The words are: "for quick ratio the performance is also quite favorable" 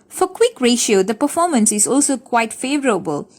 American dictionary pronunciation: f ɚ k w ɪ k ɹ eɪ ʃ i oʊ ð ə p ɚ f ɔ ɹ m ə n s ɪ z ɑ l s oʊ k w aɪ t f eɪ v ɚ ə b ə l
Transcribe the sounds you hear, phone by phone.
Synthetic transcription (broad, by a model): f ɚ k w ɪ k ɹ eɪ ʃ i oʊ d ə p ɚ f ɔ m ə n s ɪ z ɑ l s oʊ k w aɪ t f eɪ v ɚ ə b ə l